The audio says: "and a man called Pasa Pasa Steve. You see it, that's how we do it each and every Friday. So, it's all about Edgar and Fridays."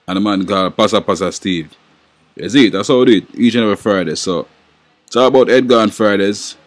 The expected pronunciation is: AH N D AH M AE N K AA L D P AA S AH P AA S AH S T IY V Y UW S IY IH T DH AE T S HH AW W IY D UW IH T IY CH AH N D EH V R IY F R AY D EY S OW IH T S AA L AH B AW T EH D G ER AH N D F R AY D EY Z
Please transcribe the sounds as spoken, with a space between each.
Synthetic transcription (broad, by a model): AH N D AH M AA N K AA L P AA S AH P AA S AH S T IY V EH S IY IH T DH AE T S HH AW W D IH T IY CH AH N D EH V IY F R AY D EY S OW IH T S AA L AH B AW T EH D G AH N F R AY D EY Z